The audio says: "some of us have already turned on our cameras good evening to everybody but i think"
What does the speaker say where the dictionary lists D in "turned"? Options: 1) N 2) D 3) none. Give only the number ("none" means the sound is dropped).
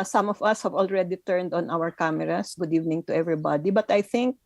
2